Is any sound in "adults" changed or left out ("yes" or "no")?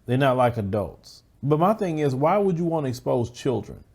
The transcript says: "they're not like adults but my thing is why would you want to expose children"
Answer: no